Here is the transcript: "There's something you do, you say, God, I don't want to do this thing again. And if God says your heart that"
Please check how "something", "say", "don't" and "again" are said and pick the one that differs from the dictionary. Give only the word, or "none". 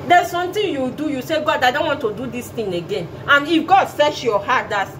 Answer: something